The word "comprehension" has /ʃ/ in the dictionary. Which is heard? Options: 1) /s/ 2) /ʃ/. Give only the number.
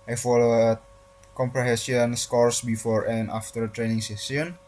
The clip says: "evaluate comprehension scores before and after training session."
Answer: 1